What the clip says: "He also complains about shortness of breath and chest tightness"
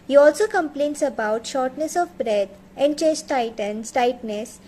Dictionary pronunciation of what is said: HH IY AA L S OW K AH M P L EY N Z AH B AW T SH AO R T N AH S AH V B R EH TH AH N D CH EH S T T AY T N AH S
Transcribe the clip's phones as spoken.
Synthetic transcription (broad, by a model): HH IY AA L S OW K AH M P L EY N S AH B AW T SH AO R T N AH S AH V B R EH T AH N D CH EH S T T AY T N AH S